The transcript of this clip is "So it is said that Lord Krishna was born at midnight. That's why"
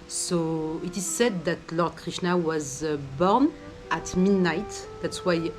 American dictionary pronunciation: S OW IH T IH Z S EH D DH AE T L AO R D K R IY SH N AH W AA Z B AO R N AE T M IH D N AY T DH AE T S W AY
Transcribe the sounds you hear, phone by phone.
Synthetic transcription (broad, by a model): S OW IH T IH Z S EH D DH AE T L AO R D K R IY SH N AH W AA Z B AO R N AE T M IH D N AY T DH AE T S W AY